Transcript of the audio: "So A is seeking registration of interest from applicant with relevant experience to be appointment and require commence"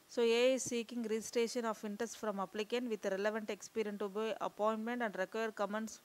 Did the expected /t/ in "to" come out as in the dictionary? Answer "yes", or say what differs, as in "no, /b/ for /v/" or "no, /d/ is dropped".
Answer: yes